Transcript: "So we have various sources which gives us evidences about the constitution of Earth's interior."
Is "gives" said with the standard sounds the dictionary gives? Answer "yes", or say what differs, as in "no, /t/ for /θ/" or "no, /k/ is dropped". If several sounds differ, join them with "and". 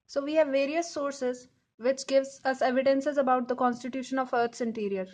yes